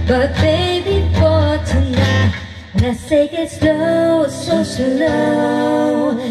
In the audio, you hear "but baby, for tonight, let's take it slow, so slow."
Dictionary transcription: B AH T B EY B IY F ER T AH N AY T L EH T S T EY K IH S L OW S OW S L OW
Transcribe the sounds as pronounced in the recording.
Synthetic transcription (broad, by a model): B AH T B EY B IY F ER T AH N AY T W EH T S EY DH IH S L OW S OW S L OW